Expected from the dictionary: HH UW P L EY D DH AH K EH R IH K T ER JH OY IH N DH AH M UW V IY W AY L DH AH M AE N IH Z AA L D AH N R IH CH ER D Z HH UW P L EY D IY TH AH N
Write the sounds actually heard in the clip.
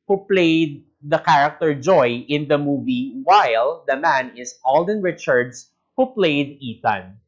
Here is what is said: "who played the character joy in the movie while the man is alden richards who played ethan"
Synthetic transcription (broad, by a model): HH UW P L EY D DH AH K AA R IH K T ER JH OY IH N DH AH M UW V IY W AY L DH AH M AE N IH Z AA L D AH N R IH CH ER D S HH UW P L EY D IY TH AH N